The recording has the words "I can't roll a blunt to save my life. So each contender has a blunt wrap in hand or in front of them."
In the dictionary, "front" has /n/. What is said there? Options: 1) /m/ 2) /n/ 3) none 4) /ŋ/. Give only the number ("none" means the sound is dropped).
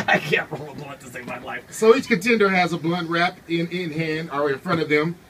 3